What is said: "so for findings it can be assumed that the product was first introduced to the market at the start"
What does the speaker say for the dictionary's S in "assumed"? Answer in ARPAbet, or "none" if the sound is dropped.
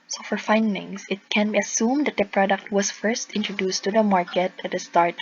S